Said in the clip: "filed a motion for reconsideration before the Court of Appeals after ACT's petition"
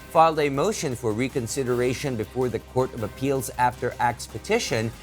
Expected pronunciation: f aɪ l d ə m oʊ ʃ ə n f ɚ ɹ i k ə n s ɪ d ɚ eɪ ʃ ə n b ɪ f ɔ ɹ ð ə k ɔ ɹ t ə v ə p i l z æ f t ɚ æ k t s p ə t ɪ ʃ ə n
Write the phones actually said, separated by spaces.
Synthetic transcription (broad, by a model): f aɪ l d ə m oʊ ʃ ə n f ɚ ɹ i k ə n s ɪ d ɚ eɪ ʃ ə n b ɪ f ɔ ɹ ð ə k ɔ ɹ t ə v ə p i l z æ f t ɚ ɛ k s p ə t ɪ ʃ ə n